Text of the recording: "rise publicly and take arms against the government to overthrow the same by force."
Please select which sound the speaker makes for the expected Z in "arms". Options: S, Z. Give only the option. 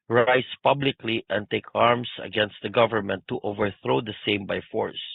S